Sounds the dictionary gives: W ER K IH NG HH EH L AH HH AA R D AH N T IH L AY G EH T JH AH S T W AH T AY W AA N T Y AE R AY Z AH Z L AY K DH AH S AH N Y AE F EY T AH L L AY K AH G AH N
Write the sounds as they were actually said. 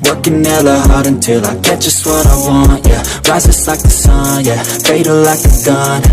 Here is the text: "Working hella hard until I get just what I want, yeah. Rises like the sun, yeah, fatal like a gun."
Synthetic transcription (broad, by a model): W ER K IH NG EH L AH HH AA R D AH N T IH L AY G EH T ZH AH S T W AH T AY W AA N T Y AE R AY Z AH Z L AY K DH AH S AH N Y AE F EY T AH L L AY K AH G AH N